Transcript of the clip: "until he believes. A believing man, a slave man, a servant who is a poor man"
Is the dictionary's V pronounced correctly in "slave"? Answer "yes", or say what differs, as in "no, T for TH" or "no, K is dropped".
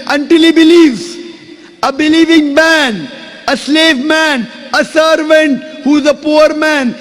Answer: yes